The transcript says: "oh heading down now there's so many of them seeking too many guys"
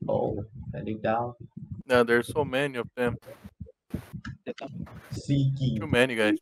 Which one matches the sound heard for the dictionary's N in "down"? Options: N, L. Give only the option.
L